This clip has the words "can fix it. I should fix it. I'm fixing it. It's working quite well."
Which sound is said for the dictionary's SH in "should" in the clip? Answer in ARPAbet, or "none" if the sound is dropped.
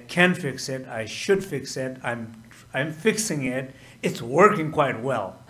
SH